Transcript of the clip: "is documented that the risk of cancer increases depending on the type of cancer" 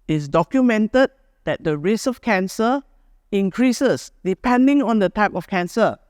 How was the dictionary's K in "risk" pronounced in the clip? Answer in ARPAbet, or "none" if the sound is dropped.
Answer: none